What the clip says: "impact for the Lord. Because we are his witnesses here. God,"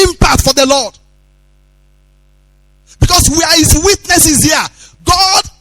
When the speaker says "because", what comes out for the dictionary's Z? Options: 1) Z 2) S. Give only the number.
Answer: 2